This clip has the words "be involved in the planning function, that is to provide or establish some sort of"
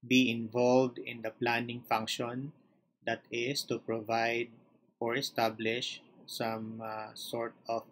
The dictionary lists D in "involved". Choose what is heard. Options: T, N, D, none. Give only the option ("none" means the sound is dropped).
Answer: D